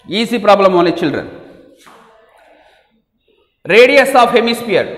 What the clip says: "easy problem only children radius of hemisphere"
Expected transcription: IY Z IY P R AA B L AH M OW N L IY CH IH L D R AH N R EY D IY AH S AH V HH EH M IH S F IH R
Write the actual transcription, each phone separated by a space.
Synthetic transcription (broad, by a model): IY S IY P R AA B L AH M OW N IY CH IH L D R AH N R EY D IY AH S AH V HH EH M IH S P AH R